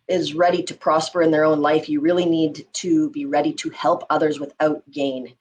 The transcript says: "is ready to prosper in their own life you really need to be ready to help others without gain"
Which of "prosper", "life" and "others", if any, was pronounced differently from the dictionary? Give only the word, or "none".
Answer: none